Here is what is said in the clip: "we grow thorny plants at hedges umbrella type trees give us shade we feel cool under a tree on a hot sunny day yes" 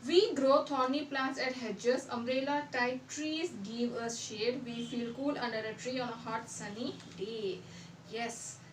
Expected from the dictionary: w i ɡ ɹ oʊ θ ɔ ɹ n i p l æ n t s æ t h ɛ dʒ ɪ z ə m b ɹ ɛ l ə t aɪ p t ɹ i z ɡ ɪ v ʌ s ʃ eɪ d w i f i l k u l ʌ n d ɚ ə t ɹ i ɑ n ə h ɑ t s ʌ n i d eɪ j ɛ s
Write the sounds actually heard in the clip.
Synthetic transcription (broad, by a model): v i ɡ ɹ oʊ t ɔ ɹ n i p l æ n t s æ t h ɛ dʒ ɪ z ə m ɹ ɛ l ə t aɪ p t ɹ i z ɡ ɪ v ʌ s ʃ eɪ d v i f i l k u l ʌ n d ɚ ə t ɹ i ɑ n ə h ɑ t s ʌ n i d eɪ j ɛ s